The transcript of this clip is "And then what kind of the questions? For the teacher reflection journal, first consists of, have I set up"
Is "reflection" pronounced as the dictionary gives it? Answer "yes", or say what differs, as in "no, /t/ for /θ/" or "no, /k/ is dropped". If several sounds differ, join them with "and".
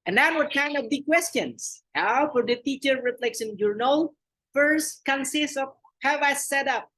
no, /s/ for /ʃ/